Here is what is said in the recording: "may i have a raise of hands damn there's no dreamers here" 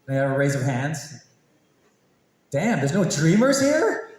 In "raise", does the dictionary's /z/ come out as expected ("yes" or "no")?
yes